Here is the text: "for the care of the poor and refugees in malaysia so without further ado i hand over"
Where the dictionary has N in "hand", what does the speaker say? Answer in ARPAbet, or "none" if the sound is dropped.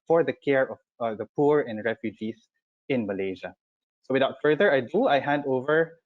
N